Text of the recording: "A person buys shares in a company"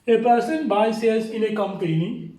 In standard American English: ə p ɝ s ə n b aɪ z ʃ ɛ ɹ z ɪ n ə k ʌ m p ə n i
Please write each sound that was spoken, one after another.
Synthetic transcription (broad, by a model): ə p ɝ s ə n b aɪ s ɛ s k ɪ l ə k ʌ m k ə n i